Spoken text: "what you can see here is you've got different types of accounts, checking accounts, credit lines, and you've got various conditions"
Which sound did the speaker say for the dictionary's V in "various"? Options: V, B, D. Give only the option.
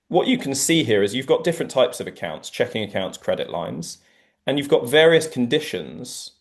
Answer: V